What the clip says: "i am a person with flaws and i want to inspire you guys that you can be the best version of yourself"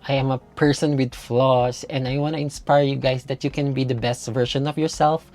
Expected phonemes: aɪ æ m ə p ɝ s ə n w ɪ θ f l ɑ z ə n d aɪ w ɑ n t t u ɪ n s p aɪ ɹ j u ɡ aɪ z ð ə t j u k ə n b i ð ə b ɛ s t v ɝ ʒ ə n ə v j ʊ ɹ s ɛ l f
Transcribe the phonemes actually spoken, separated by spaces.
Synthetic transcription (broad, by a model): aɪ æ m ə p ɝ s ə n w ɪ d f l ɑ s ə n d aɪ w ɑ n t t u ɪ n s p aɪ ɹ j u ɡ aɪ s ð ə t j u k ə n b i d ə b ɛ s t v ɝ ʃ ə n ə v j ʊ ɹ s ɛ l f